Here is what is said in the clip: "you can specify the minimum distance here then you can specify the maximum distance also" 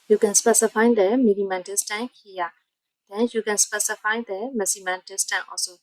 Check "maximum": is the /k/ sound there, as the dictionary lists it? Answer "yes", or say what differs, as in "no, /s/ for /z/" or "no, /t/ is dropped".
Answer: no, /k/ is dropped